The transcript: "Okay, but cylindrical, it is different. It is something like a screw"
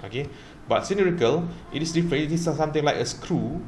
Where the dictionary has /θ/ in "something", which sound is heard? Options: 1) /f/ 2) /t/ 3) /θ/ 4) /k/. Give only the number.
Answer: 2